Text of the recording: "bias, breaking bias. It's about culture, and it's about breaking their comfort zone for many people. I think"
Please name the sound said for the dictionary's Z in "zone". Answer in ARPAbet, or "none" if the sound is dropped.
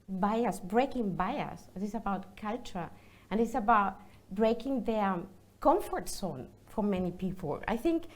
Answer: S